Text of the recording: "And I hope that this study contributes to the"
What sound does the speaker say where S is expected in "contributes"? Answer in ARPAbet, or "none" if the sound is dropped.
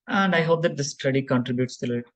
S